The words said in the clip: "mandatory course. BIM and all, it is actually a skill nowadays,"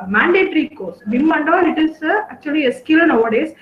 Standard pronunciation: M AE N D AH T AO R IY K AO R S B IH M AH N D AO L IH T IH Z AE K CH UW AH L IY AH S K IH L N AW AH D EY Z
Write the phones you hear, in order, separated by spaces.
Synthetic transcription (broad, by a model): M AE N D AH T R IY K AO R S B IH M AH N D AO N IH T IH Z AE K CH UW AH L IY AH S K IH L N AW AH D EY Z